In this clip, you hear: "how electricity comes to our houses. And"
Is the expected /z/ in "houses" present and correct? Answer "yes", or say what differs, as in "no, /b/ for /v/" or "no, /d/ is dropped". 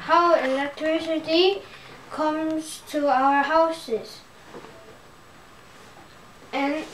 no, /s/ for /z/